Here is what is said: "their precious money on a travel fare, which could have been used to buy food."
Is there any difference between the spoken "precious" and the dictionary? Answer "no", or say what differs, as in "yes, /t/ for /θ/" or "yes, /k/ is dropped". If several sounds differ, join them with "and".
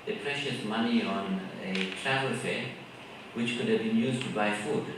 no